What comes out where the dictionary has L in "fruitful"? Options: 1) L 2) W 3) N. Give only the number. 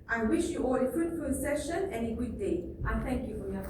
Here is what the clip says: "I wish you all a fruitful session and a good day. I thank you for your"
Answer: 3